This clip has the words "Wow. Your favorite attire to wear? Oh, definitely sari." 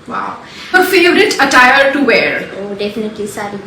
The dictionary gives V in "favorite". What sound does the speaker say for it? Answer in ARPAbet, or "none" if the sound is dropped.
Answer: none